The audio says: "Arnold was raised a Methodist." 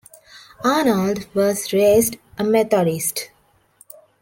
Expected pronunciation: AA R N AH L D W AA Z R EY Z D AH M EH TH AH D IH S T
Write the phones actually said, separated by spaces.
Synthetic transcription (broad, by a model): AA N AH L D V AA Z R EY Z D AH M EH T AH D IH S T